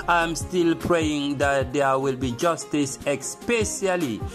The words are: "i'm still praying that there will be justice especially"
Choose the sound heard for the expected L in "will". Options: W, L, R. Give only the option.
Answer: L